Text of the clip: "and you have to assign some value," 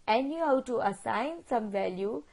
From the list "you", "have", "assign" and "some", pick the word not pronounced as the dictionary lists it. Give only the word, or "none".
have